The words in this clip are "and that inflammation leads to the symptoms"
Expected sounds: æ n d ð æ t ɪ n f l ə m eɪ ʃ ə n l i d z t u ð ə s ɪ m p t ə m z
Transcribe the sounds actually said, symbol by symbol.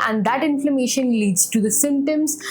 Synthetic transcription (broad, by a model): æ n d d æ t ɪ n f l ə m eɪ ʃ ə n l i d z t u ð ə s ɪ m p t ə m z